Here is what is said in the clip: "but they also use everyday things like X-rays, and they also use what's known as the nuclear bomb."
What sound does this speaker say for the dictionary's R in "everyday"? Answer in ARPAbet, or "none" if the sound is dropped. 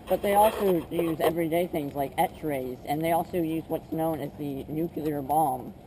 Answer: R